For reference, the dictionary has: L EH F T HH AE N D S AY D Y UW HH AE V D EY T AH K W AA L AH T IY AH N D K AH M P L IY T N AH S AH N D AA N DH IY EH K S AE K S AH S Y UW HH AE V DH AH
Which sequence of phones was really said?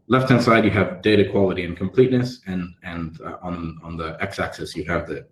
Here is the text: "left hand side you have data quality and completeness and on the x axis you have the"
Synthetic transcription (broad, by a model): L EH F T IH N S AY D Y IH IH V D EY T AH K W AA L AH T IY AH N K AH M P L IY T N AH S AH N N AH N DH IY EH K S AE K S AH S Y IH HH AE V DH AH